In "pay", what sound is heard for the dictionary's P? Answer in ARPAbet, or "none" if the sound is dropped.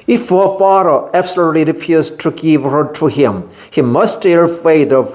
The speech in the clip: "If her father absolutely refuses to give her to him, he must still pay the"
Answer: F